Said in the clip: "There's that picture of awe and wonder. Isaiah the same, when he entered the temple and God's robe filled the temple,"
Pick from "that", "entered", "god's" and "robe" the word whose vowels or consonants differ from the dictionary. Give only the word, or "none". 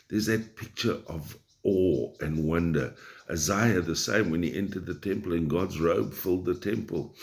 none